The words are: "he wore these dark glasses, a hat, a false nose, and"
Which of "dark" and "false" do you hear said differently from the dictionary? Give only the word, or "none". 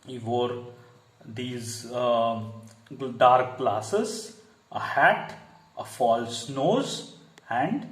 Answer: none